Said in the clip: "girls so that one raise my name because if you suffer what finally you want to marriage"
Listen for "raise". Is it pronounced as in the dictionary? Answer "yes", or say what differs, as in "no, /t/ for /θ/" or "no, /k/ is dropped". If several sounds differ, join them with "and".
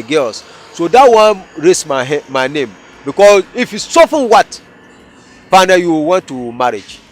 no, /s/ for /z/